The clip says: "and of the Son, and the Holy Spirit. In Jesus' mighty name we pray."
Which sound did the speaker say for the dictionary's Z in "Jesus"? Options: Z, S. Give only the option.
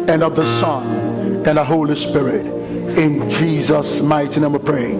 Z